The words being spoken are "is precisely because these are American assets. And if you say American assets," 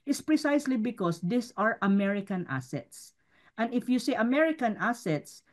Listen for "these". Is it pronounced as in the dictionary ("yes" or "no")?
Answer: no